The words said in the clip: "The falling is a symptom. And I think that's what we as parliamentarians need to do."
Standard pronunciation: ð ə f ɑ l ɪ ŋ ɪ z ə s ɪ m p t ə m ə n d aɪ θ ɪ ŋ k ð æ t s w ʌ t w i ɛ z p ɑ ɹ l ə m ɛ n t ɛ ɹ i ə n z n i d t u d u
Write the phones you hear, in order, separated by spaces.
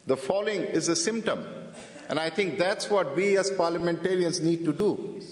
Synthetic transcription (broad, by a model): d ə f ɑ l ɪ ŋ ɪ z ə s ɪ m p t ə m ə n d aɪ t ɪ ŋ k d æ t s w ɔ t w i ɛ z p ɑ ɹ l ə m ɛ n t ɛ ɹ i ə n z n i d t u d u